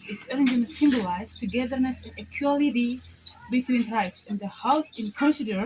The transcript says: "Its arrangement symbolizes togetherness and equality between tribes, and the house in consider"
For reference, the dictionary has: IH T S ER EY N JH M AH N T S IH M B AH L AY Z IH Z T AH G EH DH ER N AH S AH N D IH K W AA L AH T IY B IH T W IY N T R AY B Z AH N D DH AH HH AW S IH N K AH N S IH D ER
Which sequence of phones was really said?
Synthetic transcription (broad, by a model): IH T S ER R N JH AH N S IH M B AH L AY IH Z T AH G EH DH ER N AH S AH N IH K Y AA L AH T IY B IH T W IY N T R AY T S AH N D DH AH HH AW S IH N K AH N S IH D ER